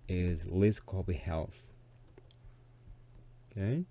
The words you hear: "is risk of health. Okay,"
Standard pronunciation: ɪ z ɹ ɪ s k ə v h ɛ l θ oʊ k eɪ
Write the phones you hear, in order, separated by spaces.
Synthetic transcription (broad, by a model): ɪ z l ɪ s k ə b h ɛ l θ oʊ k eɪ